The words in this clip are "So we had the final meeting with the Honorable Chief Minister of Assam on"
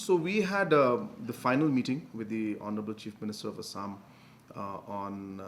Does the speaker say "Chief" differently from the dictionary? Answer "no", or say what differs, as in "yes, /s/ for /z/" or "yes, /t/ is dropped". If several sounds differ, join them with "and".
no